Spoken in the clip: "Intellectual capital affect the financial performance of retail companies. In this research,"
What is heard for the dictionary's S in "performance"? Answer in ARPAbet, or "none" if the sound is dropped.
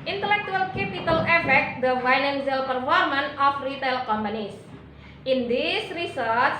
none